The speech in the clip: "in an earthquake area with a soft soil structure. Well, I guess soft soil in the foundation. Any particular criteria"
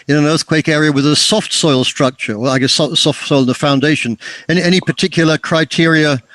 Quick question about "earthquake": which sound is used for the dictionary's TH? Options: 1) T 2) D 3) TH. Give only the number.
3